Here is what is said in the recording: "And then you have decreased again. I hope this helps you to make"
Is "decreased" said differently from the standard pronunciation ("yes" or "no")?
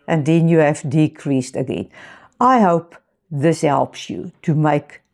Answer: no